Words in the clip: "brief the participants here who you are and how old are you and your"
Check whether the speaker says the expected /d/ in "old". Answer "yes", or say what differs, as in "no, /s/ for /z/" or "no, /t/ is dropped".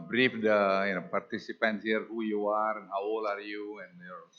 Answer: no, /d/ is dropped